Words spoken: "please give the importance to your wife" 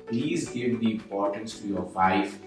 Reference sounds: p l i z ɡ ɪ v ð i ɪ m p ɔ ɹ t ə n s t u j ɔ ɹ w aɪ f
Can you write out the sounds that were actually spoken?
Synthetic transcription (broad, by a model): p l i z ɡ ɪ v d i ɪ m p ɔ ɹ t ə n s t u j ɔ ɹ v aɪ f